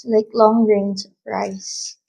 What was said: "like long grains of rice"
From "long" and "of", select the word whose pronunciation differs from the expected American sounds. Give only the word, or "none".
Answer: of